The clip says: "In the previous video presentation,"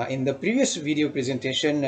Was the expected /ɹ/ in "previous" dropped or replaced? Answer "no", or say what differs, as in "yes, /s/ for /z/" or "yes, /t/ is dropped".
no